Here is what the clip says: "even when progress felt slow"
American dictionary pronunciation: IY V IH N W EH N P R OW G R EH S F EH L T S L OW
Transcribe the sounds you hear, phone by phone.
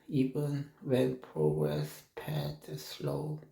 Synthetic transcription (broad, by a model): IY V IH N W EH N P R OW G R EH S P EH T S L OW